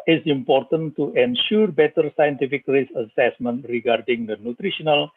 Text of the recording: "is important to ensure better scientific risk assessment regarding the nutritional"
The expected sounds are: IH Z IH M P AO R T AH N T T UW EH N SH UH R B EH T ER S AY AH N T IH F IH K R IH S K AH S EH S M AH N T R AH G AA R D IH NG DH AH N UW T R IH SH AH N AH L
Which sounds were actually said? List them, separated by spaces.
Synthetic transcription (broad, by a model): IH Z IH M P AO R T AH N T T UW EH N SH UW R B EH T ER S AY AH N T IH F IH K R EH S AH S EH S M AH N T R AH G AA R D IH NG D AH N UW T R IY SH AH N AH L